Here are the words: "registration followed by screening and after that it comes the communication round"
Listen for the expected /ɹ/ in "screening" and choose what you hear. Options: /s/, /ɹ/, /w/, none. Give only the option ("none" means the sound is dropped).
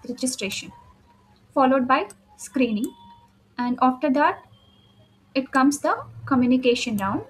/ɹ/